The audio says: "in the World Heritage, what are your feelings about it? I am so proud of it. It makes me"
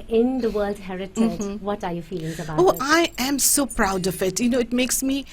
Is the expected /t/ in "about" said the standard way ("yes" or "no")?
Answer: no